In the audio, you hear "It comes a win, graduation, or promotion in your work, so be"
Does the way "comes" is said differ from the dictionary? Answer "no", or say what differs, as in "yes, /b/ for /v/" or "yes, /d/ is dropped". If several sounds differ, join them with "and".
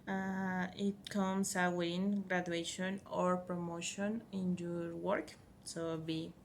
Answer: yes, /s/ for /z/